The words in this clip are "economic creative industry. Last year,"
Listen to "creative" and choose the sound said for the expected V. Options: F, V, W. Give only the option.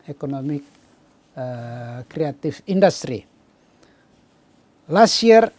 F